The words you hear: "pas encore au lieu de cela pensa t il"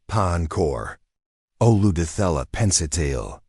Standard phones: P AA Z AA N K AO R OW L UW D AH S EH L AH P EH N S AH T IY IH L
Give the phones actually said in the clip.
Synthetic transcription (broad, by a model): P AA AA N K AO R OW L UW D AH TH EH L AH P EH N S AH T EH IH L